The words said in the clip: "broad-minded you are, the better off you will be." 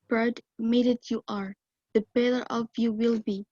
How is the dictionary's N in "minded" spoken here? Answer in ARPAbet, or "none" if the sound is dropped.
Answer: none